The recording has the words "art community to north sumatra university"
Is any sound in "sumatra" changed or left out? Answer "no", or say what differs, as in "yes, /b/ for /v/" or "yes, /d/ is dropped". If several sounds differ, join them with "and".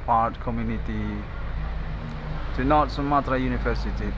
no